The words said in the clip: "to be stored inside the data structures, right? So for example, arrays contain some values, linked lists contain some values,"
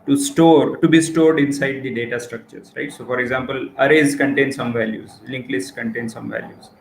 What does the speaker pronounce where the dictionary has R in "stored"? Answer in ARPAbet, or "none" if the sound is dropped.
R